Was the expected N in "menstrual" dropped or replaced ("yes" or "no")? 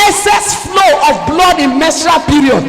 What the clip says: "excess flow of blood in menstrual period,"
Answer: yes